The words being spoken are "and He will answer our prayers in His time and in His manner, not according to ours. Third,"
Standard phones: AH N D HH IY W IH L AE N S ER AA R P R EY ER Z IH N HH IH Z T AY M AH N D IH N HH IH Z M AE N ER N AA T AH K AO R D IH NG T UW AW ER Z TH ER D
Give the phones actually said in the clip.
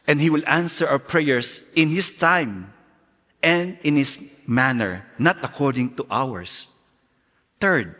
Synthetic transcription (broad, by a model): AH N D HH IY W IH L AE N S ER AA W P R EY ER S IH N HH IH S T AY M AH N D IH N HH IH S M AE N ER N AA T AH K AO R D IH NG T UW AW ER S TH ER D